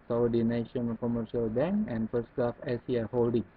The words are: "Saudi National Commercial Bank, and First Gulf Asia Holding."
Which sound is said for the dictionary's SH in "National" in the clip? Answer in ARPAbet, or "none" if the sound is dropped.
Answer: none